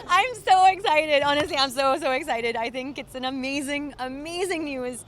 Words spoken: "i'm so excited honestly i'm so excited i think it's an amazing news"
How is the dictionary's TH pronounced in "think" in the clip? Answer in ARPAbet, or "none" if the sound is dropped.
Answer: TH